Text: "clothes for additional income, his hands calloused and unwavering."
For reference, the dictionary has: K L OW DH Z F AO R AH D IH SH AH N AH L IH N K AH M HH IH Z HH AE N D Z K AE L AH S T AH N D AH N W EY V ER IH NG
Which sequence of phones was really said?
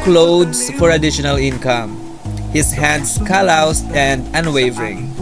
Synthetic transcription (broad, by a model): K L OW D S F AO R AH D IH SH AH N AH L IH N K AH M HH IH S HH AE N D S K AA L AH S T AH N D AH N W EY V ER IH NG